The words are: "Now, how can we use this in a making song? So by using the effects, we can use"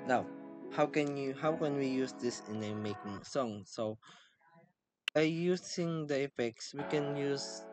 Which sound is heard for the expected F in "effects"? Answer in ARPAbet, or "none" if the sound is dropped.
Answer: F